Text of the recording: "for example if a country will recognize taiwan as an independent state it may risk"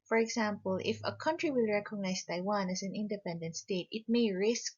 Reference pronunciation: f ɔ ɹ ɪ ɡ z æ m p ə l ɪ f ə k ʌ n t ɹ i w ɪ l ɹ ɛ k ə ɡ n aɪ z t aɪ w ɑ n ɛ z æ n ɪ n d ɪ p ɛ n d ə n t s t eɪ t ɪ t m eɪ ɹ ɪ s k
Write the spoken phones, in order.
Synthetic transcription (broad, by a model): f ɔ ɹ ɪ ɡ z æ m p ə l ɪ f ə k ʌ n t ɹ i w ɪ l ɹ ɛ k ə ɡ n aɪ s t aɪ w ɑ n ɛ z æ n ɪ n d ɪ p ɛ n d ə n t s t eɪ t ɪ t m eɪ ɹ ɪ s k